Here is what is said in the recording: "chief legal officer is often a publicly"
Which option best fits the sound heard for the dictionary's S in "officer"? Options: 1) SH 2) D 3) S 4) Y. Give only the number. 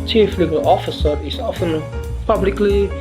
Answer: 3